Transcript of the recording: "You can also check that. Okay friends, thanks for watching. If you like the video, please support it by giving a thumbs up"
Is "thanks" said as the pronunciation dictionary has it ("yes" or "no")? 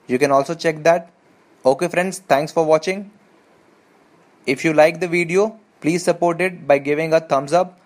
no